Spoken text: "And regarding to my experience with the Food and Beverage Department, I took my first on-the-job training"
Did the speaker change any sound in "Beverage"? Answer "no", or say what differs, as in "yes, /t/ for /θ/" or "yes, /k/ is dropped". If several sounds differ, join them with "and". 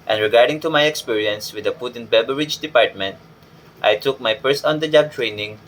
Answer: yes, /b/ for /v/